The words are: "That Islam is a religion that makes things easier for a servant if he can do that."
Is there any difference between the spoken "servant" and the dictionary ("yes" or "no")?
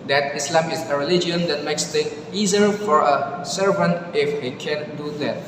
no